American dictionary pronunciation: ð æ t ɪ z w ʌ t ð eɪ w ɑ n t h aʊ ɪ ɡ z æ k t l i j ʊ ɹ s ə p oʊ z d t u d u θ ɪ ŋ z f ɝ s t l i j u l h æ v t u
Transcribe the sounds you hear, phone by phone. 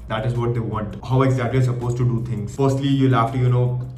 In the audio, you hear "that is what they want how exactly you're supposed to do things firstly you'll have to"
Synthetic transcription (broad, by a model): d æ t ɪ z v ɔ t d eɪ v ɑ n t h aʊ ɪ ɡ z æ k t l i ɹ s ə p oʊ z t u d u t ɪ ŋ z f ɝ s t l i j u l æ f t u